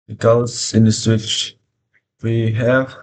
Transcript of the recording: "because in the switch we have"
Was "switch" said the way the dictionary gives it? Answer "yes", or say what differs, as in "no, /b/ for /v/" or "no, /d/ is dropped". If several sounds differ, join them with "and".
yes